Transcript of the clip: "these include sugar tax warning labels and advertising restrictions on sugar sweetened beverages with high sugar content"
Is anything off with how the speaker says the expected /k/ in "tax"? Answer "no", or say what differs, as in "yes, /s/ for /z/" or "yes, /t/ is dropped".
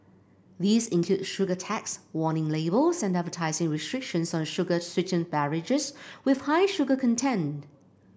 no